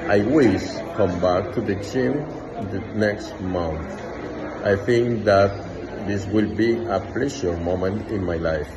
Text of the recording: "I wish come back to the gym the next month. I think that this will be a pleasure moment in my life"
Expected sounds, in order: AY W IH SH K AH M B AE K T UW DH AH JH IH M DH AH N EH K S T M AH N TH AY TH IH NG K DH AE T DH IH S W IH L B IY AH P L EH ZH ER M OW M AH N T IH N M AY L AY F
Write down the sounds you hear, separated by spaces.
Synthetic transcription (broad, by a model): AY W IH S K AH M B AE K T UW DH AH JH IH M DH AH N EH K S T M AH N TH AY TH IH NG K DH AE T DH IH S W IH L B IY AH P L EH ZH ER M OW M AH N T IH N M AY L AY F